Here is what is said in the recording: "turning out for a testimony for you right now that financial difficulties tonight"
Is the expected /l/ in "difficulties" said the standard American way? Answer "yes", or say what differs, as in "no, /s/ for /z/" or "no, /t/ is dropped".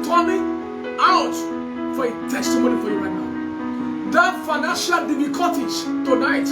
no, /l/ is dropped